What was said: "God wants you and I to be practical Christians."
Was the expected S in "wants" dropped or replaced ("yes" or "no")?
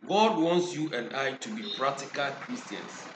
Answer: no